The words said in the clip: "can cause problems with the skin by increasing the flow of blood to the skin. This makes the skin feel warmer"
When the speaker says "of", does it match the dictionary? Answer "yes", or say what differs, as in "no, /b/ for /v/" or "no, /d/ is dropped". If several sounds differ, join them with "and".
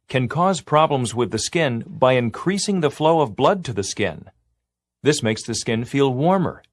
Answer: yes